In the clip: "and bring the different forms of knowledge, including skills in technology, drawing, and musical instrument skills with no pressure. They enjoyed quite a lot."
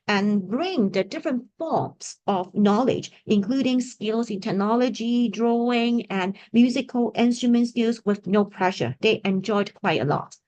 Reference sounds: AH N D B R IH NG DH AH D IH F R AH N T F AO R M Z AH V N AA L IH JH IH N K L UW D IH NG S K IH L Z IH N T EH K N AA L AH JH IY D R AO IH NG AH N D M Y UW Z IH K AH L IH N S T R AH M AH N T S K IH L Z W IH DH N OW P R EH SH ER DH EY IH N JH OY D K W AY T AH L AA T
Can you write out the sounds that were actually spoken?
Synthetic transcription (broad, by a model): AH N B R IH NG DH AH D IH F R AH N T F AO R M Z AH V N AA L IH JH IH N K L UW D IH NG S K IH L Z IH N T EH K N AA L AH JH IY D R AO IH NG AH N M Y UW Z IH K AH L IH N S T R AH M AH N T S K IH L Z W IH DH N OW P R EH SH ER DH EY IH N JH OY D K W AY T AH L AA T